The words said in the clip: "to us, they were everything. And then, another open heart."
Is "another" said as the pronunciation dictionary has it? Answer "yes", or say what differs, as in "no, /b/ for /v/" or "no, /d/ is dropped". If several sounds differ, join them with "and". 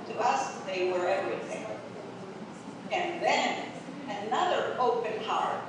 yes